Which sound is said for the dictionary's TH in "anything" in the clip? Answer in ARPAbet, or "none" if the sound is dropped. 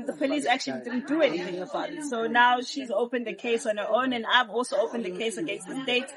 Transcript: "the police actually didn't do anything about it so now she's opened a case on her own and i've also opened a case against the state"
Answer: TH